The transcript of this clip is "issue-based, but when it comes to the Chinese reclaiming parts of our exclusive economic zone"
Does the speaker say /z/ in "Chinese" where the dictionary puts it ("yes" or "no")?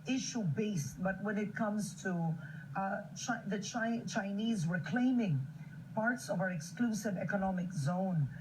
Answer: yes